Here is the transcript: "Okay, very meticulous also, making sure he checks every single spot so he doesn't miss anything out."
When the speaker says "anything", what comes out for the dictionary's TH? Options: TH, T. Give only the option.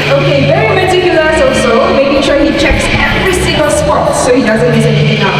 T